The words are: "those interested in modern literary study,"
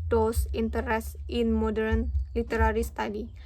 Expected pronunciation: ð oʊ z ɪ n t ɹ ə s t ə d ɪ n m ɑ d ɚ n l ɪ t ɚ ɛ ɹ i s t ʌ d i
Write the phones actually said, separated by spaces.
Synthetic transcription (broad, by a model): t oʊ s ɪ n t ə t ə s ɪ n m ɑ d ɚ n l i t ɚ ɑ ɹ i s t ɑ d i